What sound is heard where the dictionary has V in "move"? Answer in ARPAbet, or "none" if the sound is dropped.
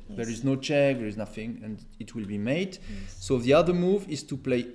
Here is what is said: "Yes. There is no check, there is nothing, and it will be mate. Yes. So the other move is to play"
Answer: V